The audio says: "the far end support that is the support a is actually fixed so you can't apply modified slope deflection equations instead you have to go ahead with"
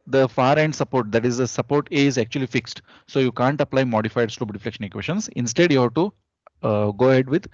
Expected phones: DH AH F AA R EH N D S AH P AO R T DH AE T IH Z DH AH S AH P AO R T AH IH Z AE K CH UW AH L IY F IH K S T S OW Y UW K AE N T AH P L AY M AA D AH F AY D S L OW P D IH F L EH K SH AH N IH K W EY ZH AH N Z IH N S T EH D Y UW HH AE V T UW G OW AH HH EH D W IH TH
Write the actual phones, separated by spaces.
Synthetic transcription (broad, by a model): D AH F AA R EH N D S AH P AO R T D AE T IH Z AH S AH P AO R T AH IH Z AE K CH UW AH L IY F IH K S T S OW Y UW K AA N T AH P L AY M AA D AH F AY D S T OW B D IH F L EH K SH AH N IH K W EY SH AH N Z IH N S T EH D Y UW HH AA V T UW G OW AH HH EH D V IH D